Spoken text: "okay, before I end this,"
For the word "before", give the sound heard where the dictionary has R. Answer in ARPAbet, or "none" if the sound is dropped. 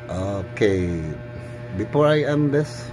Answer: R